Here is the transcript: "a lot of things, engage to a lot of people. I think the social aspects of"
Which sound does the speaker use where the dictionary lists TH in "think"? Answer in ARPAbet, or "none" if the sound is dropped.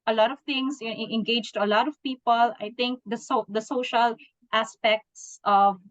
T